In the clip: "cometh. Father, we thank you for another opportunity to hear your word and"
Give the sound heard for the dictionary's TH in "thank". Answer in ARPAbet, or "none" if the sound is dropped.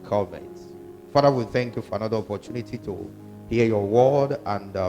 TH